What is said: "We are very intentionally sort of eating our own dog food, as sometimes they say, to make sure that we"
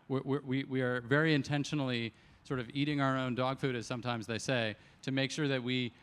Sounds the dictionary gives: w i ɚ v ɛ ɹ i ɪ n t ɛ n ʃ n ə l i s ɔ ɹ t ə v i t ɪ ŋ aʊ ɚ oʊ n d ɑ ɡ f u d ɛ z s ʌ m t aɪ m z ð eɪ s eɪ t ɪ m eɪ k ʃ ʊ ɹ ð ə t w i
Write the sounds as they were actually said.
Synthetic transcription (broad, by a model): w i ɚ v ɛ ɹ i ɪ n t ɛ n ʃ n l i s ɔ ɹ t ə v i t ɪ ŋ aʊ ɚ oʊ n d ɑ ɡ f u d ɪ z s ʌ m t aɪ m z ð eɪ s eɪ t ɪ m eɪ k ʃ ʊ ɹ ð ə t w i